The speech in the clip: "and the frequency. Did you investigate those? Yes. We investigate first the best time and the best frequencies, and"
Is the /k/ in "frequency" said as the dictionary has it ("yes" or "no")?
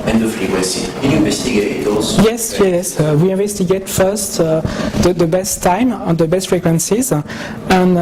no